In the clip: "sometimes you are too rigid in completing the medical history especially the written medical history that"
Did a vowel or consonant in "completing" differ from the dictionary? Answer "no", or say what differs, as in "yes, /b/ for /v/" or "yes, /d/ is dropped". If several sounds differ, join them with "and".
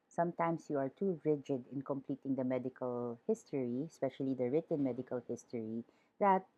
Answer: no